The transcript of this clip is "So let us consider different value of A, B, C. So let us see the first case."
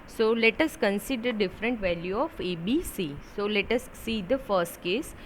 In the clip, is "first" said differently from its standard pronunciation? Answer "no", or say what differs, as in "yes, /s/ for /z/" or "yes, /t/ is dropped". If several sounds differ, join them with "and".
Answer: no